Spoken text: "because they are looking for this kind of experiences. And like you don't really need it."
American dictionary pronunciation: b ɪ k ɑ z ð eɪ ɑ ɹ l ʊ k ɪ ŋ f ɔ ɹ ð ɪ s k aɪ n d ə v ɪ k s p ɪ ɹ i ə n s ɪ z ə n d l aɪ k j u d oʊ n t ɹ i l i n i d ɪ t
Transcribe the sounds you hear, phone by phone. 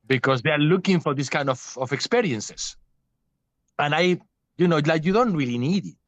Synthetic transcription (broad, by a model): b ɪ k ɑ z ð eɪ ɑ ɹ l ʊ k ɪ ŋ f ɔ ɹ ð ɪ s k aɪ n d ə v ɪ k s p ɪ ɹ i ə n s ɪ s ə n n l aɪ k j u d oʊ n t ɹ i l i n i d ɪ t